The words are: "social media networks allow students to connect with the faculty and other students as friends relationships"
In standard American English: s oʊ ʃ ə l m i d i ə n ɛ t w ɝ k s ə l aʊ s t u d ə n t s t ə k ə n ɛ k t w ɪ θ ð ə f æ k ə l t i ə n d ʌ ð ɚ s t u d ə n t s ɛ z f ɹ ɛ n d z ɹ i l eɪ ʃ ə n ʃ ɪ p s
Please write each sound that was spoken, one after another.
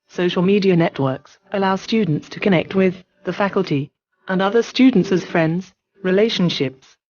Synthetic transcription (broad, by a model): s oʊ ʃ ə l m i d i ə n ɛ t w ɝ k s ə l aʊ s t u d n t s t ə k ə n ɛ k t w ɪ ð ə f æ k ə l t i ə n ʌ ð ɚ s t u d n t s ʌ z f ɹ ɛ n d z ɹ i l eɪ ʃ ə n ʃ ɪ p s